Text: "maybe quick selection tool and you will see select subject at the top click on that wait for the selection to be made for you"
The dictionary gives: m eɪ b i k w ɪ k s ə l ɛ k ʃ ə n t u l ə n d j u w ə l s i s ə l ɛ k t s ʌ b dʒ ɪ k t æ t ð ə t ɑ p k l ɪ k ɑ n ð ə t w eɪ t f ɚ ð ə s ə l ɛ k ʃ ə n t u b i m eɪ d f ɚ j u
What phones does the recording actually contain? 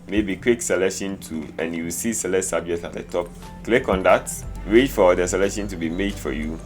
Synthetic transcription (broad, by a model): m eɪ b i k w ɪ k s ə l ɛ k ʃ ə n t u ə n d j u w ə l s i s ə l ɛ t s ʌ b dʒ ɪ k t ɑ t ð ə t ɑ p k l ɪ k ɑ n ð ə t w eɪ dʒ f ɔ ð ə s ə l ɛ k ʃ ə n t u b i m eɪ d f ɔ j u